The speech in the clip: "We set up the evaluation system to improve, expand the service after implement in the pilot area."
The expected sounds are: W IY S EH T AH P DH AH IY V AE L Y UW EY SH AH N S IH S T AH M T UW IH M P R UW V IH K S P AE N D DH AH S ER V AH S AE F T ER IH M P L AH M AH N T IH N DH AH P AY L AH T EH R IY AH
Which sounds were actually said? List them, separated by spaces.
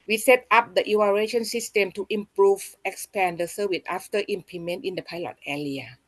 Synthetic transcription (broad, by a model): W IY S EH T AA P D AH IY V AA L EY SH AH N S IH S T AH M T UW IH M P R UW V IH K S P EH N D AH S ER W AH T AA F T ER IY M P AH M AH N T IH N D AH P AY L AH T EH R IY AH